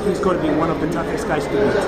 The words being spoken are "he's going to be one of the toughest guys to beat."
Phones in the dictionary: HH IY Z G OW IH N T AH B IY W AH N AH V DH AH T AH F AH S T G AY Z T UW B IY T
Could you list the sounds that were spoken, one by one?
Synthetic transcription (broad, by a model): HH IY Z G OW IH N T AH B IY W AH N AH V DH AH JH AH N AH S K AY S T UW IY